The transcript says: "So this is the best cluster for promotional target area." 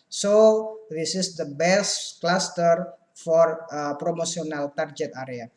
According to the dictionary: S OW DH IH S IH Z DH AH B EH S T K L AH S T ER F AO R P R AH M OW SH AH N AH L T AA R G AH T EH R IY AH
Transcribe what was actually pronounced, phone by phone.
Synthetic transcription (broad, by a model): S OW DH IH S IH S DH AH B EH S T K L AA S T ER F AO R P R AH M OW S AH N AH L T AA R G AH T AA R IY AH